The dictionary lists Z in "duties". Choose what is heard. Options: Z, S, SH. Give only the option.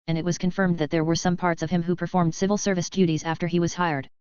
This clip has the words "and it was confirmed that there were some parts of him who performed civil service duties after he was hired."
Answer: Z